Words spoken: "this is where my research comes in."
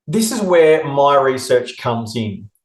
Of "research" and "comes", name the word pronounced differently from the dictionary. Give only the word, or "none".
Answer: none